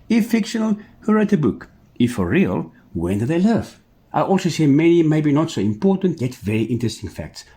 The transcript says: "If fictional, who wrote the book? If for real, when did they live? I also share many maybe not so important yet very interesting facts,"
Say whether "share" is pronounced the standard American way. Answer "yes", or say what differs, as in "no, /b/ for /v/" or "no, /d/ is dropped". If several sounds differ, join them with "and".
no, /s/ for /ʃ/